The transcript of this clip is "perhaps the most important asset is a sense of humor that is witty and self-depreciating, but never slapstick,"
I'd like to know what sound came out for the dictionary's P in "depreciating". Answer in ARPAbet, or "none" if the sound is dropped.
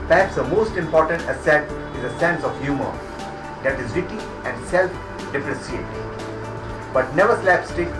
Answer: F